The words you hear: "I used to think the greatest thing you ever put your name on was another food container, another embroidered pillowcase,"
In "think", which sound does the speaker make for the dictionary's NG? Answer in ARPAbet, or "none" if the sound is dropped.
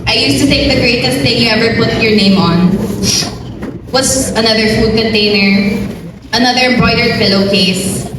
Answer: none